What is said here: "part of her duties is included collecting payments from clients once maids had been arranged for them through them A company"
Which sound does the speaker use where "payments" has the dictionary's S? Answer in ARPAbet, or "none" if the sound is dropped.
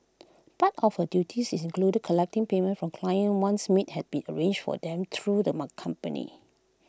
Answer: none